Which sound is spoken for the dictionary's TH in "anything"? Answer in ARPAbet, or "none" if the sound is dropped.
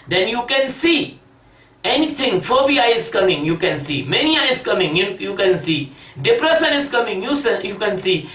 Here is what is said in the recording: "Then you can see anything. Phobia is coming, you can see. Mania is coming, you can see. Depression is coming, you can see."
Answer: T